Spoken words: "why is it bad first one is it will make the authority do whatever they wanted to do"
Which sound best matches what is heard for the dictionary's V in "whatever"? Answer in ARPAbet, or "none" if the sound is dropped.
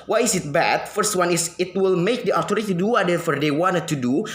F